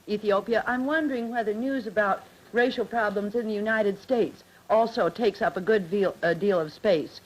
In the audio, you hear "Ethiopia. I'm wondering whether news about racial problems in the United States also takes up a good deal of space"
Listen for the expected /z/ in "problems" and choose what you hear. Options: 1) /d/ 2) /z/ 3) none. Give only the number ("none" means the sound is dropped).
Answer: 2